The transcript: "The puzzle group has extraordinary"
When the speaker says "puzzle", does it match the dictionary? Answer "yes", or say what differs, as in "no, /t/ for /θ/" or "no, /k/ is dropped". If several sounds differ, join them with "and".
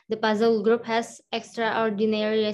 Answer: yes